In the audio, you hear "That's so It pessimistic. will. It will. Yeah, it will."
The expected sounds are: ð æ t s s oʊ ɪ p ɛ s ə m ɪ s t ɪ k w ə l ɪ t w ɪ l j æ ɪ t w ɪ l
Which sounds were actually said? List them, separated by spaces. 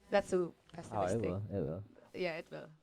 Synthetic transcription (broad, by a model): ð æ t s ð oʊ ɪ b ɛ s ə ɪ t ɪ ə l ɪ t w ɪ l j æ ɪ t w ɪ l